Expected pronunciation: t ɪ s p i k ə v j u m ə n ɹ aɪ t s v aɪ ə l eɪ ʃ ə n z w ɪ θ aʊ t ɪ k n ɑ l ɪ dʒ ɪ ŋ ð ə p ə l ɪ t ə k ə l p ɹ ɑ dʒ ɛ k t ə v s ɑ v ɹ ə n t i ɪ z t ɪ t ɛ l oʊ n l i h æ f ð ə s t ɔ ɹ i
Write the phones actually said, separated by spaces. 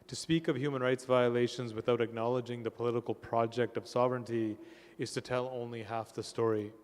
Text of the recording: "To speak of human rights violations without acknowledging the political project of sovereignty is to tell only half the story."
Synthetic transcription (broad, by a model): t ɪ s p i k ə v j u m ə n ɹ aɪ t s v aɪ ə l eɪ ʃ ə n z w ɪ θ aʊ t ɪ k n ɑ l ɪ dʒ ɪ ŋ ð ə p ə l ɪ t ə k l p ɹ ɑ dʒ ɛ k t ə v s ɑ v ɹ ə n t i ɪ z t ɪ t ɛ l oʊ n l i h æ f ð ə s t ɔ ɹ i